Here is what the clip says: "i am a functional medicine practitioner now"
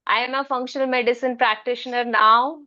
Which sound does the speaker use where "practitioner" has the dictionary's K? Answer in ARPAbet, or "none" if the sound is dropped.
K